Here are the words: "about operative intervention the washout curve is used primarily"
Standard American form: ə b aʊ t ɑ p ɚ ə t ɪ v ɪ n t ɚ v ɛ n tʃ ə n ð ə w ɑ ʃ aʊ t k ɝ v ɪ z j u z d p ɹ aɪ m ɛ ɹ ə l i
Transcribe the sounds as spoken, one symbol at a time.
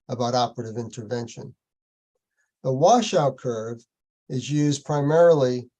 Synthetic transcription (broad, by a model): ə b aʊ t ɑ p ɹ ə t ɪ v ɪ n t ɚ v ɛ n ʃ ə n ð ə w ɑ ʃ aʊ t k ɝ v ɪ z j u z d p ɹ aɪ m ɛ ɹ l i